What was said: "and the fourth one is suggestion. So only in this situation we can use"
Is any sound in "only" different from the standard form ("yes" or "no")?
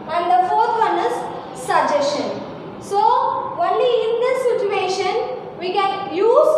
no